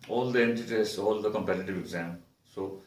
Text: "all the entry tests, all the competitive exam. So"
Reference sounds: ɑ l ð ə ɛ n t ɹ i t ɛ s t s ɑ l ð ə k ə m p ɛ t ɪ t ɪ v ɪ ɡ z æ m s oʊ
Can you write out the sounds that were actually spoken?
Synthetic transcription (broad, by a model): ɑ l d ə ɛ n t i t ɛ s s ɑ l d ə k ə m p ɛ t ɪ t ɪ v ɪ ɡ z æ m s oʊ